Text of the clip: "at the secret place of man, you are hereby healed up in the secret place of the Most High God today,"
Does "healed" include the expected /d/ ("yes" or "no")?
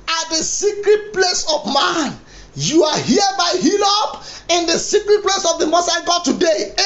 no